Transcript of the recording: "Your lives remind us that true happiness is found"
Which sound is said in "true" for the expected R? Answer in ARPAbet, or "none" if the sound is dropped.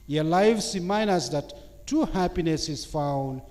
none